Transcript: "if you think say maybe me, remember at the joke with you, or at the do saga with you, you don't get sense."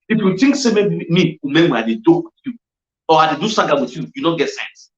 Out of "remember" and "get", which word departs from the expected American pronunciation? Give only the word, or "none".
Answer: remember